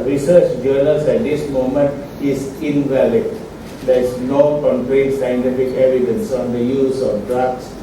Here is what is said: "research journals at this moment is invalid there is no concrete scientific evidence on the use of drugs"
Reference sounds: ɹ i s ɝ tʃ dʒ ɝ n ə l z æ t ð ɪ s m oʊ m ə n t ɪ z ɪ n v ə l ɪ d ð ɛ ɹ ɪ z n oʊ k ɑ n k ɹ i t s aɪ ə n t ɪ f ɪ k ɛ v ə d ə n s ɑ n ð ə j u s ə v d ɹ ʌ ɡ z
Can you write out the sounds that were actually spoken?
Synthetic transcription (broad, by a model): ɹ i s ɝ tʃ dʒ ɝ l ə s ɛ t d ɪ s m oʊ m ə n t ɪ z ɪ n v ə l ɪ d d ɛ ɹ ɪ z n oʊ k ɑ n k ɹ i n s aɪ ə n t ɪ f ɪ k ɛ v ə d ə n s ɑ n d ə j u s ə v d ɹ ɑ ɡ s